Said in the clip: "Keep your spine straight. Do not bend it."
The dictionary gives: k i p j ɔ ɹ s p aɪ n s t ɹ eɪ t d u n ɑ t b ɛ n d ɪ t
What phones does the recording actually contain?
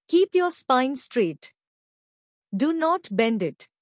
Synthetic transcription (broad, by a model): k i p j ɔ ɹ s p aɪ n s t ɹ eɪ t d u n ɑ t b ɛ n d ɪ t